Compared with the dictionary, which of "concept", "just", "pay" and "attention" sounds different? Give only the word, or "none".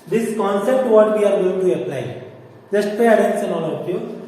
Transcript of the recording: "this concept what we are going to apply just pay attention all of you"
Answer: attention